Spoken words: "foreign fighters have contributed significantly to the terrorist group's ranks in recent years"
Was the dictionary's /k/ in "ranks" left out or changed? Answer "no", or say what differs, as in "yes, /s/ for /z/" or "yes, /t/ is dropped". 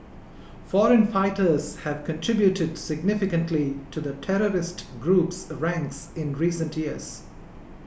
no